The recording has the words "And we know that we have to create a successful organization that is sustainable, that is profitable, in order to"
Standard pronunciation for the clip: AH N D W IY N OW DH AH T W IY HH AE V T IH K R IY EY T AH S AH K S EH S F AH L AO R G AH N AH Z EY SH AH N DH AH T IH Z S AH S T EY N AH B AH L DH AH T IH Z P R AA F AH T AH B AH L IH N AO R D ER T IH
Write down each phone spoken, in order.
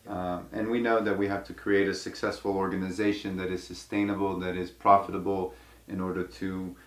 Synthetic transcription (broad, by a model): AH N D W IY N OW DH AH T W IY HH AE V T IH K R IY EY T AH S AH K S EH S F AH L AO R G AH N AH Z EY SH AH N DH AH T IH Z S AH S T EY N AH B L DH AH T IH Z P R AA F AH T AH B L IH N AO R D ER T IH